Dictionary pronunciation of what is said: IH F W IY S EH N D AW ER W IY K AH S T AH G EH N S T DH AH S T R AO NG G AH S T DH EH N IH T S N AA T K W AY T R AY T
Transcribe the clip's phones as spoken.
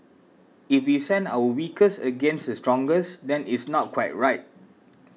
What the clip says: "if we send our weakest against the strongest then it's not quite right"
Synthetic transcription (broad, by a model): IH F W IY S EH N D AW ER W IY K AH S AH G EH N S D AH S T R AO NG G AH S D EH N IH T S N AA T K W AY T R AY T